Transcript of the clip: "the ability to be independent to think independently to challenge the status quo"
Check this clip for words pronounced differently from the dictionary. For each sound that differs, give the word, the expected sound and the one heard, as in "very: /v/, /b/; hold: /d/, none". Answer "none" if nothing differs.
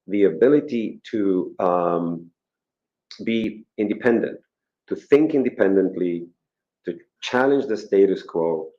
none